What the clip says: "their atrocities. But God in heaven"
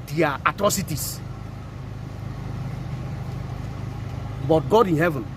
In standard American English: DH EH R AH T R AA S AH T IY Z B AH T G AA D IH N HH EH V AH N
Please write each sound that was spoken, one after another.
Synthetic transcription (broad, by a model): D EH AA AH T R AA S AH T IY S B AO T G AA D IH N HH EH V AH N